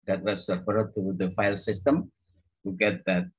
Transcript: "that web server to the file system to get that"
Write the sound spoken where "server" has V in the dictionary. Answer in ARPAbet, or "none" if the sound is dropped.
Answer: P